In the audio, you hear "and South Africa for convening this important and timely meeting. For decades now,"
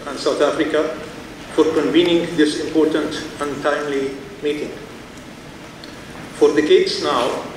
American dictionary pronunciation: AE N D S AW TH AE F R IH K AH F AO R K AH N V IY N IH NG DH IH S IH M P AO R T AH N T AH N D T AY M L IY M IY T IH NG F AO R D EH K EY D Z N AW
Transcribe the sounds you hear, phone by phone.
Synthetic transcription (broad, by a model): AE N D S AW T AE F R IH K AH F AO R K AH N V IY N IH NG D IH S IH M P AO R T AH N T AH N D T AY M L IY M IY T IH NG F AO R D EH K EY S N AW